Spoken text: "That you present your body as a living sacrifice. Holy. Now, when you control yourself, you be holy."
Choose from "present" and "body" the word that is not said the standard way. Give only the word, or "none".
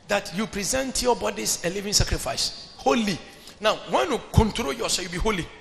none